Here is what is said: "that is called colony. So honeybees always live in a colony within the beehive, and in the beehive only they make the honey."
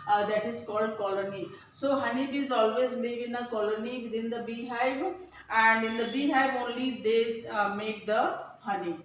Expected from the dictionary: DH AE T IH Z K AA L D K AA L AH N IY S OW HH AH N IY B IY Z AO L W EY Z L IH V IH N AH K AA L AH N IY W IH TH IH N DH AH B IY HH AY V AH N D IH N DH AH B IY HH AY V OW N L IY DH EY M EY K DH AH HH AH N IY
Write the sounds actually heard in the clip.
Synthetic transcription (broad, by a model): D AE T IH Z K AA L D K AA L AH N IY S OW HH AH N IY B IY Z AO L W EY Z L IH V IH N AH K AA L AH N IY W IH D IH N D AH B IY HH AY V AH N D IH N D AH B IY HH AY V OW N L IY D EY M EY K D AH HH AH N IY